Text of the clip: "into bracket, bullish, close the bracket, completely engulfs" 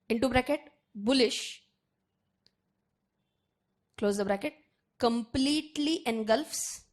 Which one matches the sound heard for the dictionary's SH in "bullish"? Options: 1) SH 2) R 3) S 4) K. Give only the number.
1